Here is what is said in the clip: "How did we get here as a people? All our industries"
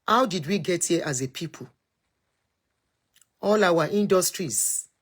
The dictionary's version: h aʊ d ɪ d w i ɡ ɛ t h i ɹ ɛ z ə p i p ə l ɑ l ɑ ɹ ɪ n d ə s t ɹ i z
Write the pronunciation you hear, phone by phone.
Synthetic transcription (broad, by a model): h aʊ d ɪ d w i ɡ ɛ t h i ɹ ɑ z ə p i p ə l ɑ w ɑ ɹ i n d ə s t ɹ i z